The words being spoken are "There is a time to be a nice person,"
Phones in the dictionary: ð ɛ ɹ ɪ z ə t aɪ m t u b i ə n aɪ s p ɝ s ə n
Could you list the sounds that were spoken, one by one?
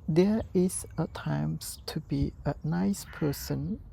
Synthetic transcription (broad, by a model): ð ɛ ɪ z ə t aɪ m t u b i ə n aɪ s p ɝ s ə n